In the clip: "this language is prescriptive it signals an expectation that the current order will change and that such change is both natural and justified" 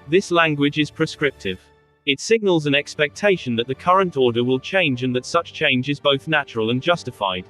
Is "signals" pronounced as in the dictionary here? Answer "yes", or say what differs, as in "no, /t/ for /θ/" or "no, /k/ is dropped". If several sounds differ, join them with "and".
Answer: yes